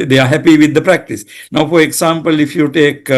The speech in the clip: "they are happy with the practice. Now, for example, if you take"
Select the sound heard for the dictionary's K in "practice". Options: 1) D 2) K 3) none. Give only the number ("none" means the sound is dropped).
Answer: 2